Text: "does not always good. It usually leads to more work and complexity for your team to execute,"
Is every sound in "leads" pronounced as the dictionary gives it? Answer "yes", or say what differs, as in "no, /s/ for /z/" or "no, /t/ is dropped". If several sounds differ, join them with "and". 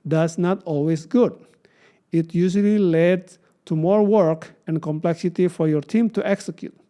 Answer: no, /z/ is dropped